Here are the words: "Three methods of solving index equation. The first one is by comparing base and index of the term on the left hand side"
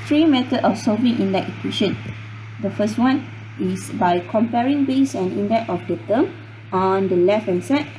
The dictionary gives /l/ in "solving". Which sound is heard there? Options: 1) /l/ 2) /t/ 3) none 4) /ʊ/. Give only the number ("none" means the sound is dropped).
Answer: 3